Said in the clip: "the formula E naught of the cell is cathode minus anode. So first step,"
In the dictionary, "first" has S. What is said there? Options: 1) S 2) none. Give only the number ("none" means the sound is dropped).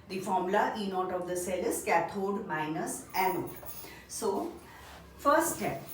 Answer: 2